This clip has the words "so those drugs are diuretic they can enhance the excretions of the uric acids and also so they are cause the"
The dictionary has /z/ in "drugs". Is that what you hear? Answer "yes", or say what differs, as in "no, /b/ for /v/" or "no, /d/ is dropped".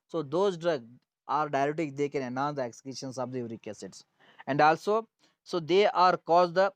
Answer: no, /z/ is dropped